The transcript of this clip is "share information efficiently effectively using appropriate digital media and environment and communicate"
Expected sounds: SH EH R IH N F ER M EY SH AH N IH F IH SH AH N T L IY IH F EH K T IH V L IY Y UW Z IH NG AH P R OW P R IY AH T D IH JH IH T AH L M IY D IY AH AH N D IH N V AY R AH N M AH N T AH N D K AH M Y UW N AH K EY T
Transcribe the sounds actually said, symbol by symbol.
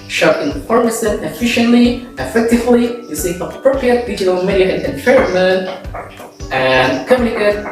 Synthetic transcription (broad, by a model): SH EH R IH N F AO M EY S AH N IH F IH SH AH N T L IY IH F EH K T IH V L IY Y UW S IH AH P R OW P R IY AH T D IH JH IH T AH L M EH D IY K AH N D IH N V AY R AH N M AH N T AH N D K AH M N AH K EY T